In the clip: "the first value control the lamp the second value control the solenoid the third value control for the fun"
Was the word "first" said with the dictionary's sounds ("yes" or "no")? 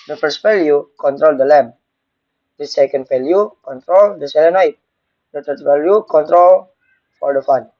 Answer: yes